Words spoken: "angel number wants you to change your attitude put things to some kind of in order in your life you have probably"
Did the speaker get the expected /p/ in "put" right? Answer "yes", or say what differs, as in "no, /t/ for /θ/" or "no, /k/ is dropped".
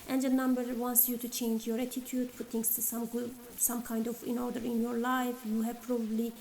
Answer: no, /f/ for /p/